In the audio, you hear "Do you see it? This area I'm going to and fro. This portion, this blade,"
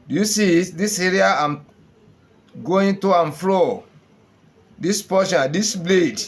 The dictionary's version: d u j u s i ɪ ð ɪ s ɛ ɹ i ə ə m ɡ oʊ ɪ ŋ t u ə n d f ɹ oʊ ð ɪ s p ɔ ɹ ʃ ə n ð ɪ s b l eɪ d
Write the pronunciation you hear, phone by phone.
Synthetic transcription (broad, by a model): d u j u s i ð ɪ s ɛ ɹ i ə ə m ɡ oʊ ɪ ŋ t u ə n f l oʊ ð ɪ s p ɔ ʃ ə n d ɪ s b l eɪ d